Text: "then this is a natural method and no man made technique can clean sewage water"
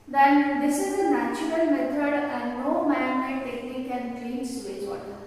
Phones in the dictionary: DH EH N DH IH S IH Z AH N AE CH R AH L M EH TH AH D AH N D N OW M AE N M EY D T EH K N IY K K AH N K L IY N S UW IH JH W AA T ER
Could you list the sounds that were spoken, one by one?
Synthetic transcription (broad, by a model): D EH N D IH S IH Z AH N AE CH R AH L M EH T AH D AH N D N OW M AE N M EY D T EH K IY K K AH N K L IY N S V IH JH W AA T